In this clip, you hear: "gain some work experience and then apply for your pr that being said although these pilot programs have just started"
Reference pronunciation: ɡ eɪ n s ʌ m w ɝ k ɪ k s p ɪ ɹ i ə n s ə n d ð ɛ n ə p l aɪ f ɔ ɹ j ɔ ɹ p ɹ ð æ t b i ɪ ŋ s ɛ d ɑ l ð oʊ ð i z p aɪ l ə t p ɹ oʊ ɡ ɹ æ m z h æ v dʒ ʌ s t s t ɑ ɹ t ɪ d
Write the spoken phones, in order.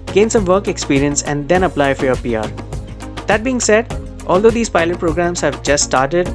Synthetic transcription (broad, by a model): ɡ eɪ n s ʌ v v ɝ k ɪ k s p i ɹ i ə n s ə n d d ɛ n ə p l aɪ f ɔ ɹ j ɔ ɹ p ɹ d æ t b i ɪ ŋ s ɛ d ɑ l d oʊ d i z p aɪ l ə t p ɹ oʊ ɡ ɹ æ m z h æ v dʒ ʌ s t s t ɑ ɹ t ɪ d